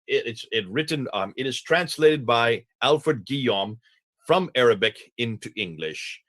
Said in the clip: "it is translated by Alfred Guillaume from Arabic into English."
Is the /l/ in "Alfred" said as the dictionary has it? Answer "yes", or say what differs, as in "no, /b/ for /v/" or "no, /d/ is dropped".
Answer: yes